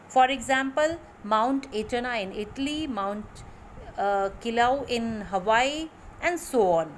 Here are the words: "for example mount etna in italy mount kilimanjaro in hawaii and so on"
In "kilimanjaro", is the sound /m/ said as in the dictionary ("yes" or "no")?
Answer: no